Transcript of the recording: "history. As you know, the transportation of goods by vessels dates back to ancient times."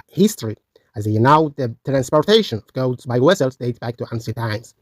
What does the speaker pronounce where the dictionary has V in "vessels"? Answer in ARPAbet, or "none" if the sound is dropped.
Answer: W